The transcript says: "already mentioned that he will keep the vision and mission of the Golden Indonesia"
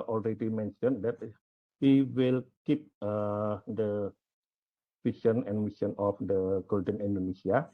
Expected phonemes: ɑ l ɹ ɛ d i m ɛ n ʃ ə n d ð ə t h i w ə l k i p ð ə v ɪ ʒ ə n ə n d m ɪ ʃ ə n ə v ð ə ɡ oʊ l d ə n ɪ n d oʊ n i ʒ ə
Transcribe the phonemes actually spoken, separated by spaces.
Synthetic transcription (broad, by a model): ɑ l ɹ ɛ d i m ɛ n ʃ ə n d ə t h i w ə l k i p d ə f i ʃ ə n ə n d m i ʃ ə n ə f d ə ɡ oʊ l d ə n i n d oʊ n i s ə